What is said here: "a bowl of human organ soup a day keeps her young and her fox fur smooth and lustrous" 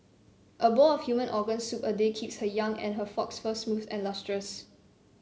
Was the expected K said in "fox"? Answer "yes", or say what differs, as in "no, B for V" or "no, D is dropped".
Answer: yes